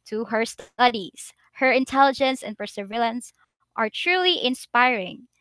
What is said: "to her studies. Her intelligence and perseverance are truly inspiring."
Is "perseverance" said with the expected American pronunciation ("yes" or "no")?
no